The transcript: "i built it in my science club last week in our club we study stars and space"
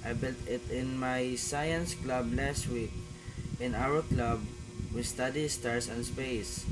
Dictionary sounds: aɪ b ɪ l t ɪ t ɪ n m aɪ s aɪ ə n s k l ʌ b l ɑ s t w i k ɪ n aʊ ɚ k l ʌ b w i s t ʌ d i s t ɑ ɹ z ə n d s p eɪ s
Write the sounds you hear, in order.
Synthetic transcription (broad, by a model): aɪ b ɪ l t ɪ t ɪ n m aɪ s aɪ ə n s k l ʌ b l ɑ s t w i k ɪ n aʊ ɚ k l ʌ b w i s t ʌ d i s t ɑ ɹ s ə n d s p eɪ s